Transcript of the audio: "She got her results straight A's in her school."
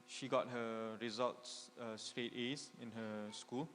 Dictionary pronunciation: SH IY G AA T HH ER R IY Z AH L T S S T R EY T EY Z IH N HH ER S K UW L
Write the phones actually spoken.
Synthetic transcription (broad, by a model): SH IY G AA T HH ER R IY Z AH L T S S T R EY T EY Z IH N HH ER S K UW L